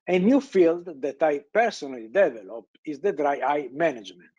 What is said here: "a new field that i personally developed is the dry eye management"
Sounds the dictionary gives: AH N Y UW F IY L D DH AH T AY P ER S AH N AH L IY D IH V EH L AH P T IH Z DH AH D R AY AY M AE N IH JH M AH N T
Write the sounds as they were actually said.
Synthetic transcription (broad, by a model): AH N Y UW F IY L D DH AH T AY P ER S AH N AH L IY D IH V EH L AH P IH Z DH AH D R AY AY M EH N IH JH M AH N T